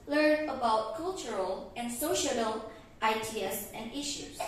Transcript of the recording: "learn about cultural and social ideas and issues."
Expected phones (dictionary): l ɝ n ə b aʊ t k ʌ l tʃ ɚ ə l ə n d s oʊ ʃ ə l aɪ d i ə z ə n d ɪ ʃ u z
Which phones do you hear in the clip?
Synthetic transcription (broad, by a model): l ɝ n ə b aʊ t k ʌ l tʃ ɚ ə l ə n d s oʊ ʃ ə l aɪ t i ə s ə n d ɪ ʃ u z